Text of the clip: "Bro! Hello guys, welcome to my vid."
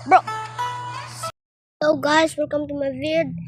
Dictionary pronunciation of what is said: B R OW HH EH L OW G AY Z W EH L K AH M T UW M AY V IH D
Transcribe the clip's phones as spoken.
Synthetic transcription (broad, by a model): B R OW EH UH G AY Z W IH L K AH M T UW M AY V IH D